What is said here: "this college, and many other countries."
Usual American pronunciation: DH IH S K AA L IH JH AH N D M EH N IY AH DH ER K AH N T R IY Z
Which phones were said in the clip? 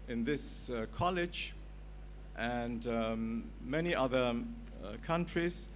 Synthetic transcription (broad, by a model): DH IH S K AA L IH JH AH N D M EH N IY AH DH ER K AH N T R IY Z